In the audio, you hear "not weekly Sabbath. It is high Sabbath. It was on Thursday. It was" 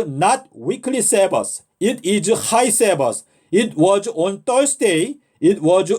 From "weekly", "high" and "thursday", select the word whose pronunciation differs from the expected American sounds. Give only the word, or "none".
thursday